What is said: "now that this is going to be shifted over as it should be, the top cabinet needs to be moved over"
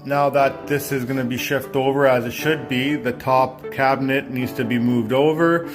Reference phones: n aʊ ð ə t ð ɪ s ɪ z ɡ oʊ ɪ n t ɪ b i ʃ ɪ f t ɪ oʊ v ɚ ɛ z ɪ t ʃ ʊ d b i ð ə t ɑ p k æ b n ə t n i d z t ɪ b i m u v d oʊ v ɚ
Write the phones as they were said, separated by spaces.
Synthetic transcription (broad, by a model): n aʊ ð ə t ð ɪ s ɪ z ɡ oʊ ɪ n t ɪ b i ʃ ɪ f t ɪ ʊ v ɚ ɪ z ɪ t ʃ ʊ d b i ð ə t ɑ p k æ b n ə t n i d z t ɪ b i m u v d oʊ v ɚ